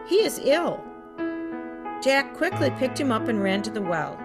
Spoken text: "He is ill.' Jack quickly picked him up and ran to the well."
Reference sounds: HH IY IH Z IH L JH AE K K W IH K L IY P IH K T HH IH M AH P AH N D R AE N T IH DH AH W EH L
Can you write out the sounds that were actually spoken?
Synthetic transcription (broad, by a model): HH IY IH Z IH L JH AE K K W IH K L IY P IH K T HH IH M AH P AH N R AE N T IH DH AH W EH L